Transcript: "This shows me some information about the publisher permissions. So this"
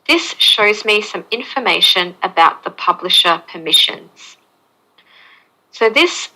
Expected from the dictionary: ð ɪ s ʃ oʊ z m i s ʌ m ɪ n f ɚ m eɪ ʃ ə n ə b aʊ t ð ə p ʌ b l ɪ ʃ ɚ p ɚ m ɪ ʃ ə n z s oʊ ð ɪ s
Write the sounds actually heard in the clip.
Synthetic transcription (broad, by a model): ð ɪ s ʃ oʊ z m i s ʌ m ɪ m f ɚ m eɪ ʃ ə n ə b aʊ t ð ə p ʌ b l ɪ ʃ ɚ p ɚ m ɪ ʃ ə n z s oʊ ð ɪ s